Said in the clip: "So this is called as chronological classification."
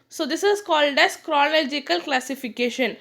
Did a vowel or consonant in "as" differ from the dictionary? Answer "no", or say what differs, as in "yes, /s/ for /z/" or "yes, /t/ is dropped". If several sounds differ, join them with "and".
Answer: yes, /s/ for /z/